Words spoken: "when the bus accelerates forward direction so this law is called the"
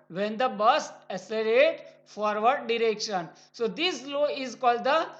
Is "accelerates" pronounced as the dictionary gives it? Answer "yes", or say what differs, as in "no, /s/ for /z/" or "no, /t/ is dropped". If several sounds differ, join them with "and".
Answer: no, /k/ is dropped and /s/ is dropped